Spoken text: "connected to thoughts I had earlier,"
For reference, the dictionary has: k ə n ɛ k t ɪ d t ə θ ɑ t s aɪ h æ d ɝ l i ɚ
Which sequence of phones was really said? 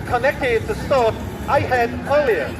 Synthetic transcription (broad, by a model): k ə n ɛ k t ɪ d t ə s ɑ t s aɪ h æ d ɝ l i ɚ